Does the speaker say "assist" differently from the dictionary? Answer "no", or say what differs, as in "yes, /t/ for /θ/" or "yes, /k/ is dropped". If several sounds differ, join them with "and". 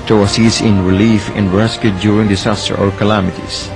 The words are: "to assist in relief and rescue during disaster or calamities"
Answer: yes, /t/ is dropped